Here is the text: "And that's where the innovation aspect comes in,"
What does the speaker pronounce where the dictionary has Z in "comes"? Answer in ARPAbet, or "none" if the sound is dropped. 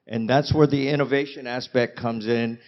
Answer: Z